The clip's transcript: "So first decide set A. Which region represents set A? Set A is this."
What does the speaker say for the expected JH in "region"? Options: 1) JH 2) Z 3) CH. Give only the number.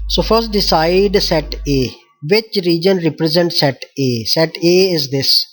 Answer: 1